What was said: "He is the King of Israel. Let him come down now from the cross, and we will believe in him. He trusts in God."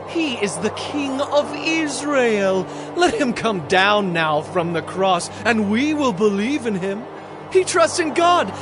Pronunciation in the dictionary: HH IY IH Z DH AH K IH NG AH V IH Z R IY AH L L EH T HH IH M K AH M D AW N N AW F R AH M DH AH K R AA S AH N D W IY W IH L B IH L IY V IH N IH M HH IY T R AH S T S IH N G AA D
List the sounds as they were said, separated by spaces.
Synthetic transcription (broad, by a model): HH IY IH Z DH AH K IH NG AH V IH Z R IY AH L L EH T HH IH M K AH M D AW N N AW F R AH M DH AH K R AA S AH N W IY W IH L B IH L IY V IH N IH M HH IY T R AH S T S IH N G AA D